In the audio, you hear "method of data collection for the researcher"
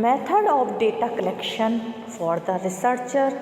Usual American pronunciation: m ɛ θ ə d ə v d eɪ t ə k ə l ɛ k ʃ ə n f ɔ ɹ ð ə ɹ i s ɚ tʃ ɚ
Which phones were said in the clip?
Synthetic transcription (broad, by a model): m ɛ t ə d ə p d eɪ t ə k ə l ɛ k ʃ ə n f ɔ ɹ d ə ɹ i s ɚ tʃ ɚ